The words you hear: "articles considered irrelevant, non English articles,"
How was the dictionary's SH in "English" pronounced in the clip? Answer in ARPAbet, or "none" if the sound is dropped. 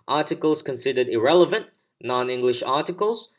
SH